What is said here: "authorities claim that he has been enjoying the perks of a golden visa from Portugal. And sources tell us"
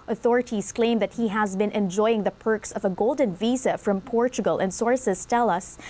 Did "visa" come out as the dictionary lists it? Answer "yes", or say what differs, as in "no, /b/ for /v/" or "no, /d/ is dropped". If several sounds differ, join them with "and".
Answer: yes